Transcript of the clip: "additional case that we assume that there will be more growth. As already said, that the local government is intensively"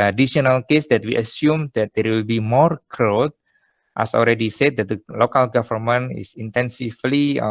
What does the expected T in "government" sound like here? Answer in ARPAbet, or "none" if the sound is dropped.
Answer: none